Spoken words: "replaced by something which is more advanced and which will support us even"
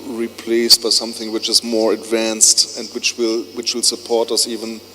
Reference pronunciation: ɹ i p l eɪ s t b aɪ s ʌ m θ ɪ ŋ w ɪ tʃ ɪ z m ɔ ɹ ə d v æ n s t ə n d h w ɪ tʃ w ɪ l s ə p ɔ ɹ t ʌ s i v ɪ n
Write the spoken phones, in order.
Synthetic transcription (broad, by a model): ɹ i p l eɪ s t b aɪ s ʌ m θ ɪ ŋ w ɪ tʃ ɪ z m ɔ ɹ ə d v æ n s t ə n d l w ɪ tʃ w ɪ l s ə p ɔ ɹ t ʌ s i v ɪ n